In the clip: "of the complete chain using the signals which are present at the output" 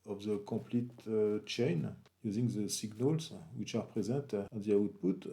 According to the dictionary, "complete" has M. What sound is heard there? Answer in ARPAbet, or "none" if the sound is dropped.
none